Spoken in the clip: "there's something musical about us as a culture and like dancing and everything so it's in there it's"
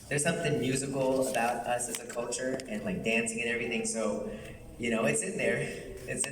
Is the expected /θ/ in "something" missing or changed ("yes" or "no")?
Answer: no